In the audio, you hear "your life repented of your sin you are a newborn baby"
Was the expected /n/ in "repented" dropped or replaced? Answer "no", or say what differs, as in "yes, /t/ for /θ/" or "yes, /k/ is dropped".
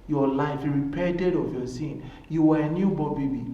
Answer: yes, /n/ is dropped